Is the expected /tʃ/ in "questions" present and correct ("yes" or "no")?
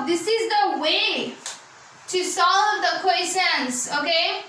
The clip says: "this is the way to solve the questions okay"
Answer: no